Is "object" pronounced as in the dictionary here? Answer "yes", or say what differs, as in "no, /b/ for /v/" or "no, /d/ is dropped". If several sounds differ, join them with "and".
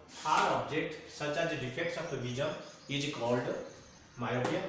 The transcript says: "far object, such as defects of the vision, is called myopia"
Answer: yes